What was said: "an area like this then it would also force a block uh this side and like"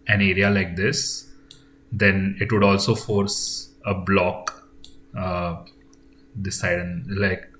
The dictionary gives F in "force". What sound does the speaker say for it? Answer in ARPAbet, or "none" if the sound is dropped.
F